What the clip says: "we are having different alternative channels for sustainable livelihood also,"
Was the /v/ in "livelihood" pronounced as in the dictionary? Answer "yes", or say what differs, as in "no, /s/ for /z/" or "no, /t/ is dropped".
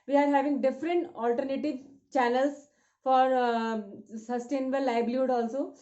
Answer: no, /b/ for /v/